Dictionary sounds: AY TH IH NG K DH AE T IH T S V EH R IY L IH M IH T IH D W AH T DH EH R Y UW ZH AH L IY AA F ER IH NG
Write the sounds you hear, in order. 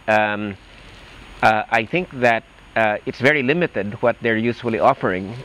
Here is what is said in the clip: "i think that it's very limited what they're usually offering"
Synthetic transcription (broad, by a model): AY TH IH NG K DH AE T IH T S V EH R IY L IH M IH T IH D W AH T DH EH R Y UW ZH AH L IY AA F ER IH NG